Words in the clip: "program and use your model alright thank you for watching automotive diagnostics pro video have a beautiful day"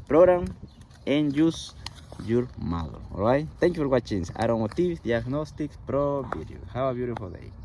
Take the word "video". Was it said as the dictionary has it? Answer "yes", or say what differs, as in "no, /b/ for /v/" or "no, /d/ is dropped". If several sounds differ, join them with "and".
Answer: no, /b/ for /v/